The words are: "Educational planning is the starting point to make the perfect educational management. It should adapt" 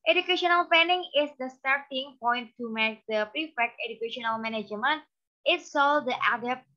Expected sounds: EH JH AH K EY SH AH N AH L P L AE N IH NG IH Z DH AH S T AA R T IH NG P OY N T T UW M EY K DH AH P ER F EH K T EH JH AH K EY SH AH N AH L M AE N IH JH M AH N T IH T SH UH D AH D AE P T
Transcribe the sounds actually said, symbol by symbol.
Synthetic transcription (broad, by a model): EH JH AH K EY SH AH N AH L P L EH N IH NG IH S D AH S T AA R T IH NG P OY N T T UW M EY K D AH P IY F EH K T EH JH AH K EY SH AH N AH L M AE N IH JH M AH N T IH T S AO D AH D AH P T